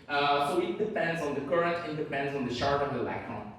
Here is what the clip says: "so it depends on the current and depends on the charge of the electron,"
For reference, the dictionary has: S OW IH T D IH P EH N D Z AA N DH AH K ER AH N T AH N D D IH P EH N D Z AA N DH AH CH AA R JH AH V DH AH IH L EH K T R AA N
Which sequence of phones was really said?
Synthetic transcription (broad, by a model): S OW IH T D IH P EH N D Z N DH AH K ER AH N T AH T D D IH P EH N D Z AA N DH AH SH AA R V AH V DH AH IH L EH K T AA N